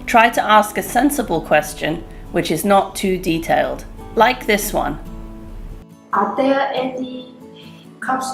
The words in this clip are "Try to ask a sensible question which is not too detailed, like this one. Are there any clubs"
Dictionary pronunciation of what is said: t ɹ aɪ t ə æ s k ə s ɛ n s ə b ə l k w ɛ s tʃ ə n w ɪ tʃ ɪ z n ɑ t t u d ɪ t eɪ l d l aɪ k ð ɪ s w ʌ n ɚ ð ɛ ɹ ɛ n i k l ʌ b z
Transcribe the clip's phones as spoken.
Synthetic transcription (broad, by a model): t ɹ aɪ t ə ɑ s k ə s ɛ n s ə b ə l k w ɛ s tʃ ə n w ɪ tʃ ɪ z n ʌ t t u d ɪ t eɪ l d l aɪ k ð ɪ s w ʌ n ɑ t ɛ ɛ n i k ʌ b